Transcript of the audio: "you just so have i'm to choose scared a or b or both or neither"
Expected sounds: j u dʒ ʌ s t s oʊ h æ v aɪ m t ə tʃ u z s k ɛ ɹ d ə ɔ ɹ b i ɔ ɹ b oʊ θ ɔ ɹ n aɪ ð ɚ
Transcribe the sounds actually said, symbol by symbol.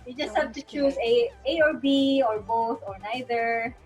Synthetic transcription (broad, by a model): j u dʒ ʌ s t h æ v t ə tʃ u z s ɛ ə ɔ ɹ b i ɔ ɹ b oʊ θ ɔ ɹ n aɪ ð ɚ